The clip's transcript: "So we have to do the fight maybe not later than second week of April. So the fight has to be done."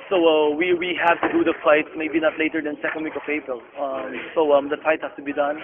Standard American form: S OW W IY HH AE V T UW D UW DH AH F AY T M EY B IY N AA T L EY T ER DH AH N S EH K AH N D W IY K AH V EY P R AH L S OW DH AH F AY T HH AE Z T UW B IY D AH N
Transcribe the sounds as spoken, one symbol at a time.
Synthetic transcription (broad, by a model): S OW W IY HH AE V T UW D UW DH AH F AY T M EY B IY N AA T L EY T ER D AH N S EH K AH N D W IY K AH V EY P R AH L S OW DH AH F AY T HH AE S T UW B IY D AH N